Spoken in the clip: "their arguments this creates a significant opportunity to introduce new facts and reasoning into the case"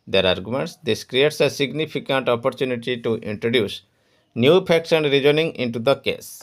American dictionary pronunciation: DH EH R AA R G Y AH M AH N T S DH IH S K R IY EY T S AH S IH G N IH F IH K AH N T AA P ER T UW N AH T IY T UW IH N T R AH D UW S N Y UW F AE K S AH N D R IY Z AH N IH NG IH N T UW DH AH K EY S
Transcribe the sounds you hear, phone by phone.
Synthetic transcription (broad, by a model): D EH R AA R G Y AH M AH N T S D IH S K R IY EY T S AH S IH G N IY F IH K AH N T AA P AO T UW N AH T IY T UW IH N T R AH D UW S N Y UW P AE K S AH N D R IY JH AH N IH NG IH N T UW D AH K EY S